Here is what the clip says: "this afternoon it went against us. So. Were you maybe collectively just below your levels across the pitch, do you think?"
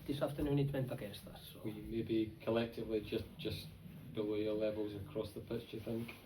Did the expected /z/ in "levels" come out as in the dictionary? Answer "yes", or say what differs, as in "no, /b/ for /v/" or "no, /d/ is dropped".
yes